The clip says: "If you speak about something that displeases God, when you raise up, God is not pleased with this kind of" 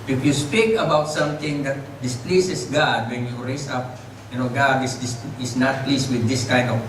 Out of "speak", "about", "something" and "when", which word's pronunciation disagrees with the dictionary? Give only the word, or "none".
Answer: something